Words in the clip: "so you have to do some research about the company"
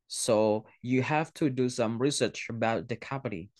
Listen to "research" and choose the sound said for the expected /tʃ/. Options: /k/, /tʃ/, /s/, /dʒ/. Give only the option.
/tʃ/